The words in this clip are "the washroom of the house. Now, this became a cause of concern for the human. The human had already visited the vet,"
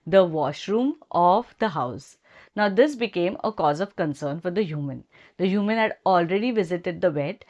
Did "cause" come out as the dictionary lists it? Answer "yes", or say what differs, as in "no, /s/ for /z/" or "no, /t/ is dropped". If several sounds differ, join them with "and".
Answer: yes